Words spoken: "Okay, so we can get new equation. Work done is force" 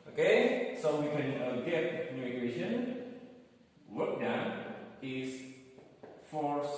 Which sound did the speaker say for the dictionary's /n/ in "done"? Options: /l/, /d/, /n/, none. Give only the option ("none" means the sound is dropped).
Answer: none